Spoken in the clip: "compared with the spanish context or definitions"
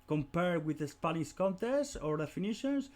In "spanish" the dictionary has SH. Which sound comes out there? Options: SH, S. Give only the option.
S